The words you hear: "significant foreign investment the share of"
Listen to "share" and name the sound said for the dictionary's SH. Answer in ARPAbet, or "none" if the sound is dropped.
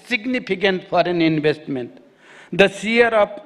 S